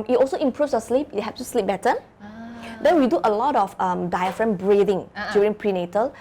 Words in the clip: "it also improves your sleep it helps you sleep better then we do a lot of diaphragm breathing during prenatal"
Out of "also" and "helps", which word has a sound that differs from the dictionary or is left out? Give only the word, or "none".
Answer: helps